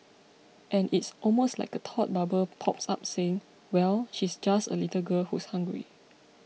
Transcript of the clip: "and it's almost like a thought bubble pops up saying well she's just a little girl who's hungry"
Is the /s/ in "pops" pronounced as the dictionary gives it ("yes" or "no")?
yes